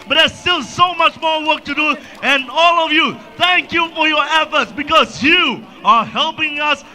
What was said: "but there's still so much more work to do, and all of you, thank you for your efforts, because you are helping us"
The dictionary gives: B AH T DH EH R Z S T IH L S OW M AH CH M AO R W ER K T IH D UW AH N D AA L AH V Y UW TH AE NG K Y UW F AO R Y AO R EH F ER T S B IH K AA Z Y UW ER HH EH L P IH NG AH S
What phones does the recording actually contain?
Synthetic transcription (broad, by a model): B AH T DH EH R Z S T IH L S OW M AH CH M AO R W ER K T IH D UW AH N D AA L AH V Y UW TH AE NG K Y UW F AO R Y AO R EH F ER T S B IH K AA Z Y UW ER HH EH L P IH NG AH S